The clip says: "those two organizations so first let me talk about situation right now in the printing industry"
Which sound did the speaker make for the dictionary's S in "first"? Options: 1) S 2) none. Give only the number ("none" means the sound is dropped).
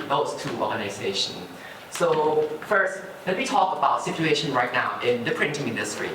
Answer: 1